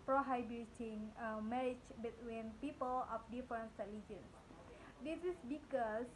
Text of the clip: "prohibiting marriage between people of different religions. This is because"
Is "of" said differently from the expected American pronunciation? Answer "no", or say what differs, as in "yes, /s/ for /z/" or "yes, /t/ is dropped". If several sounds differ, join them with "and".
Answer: yes, /p/ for /v/